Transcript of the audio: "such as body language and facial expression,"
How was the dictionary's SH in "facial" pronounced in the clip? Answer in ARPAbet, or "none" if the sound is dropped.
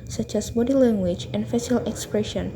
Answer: S